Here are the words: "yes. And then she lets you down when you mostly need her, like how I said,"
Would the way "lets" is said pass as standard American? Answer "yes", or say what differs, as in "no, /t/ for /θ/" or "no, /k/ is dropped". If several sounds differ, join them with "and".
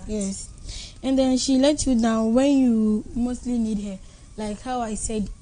no, /s/ is dropped